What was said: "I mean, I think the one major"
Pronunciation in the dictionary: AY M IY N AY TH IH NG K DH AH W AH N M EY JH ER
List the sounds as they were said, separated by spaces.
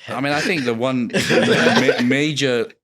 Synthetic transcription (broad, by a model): AY M IY N AY TH IH NG K DH AH W AH N M EY JH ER